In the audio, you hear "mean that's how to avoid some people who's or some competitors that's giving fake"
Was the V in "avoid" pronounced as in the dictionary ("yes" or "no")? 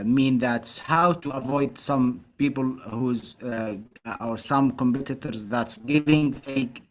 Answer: yes